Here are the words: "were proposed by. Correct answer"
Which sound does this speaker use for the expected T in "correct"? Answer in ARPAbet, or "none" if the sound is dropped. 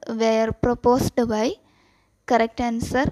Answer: T